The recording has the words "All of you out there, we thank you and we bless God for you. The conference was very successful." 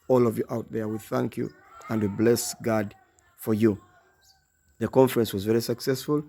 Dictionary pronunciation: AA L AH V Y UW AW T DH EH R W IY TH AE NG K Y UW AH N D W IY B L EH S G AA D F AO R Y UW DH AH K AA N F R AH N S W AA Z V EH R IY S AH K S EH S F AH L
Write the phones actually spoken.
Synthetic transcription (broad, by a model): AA L AH V Y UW AW T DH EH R W IY TH AE NG K Y UW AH N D W IY B L EH S G AA D F AO R Y UW DH AH K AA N F R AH N S W AA Z V EH R IY S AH K S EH S F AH L